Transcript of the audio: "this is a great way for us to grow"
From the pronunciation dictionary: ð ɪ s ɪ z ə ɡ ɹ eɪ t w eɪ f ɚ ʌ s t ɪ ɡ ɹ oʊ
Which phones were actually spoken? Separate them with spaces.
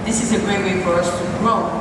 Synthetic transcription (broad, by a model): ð ɪ s ɪ z ə ɡ ɹ eɪ t w eɪ f ɚ ʌ s t ɪ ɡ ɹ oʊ